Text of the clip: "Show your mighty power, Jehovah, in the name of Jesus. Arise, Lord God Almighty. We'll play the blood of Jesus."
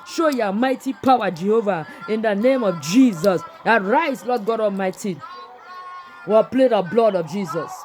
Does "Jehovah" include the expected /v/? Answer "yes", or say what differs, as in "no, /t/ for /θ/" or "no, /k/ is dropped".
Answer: yes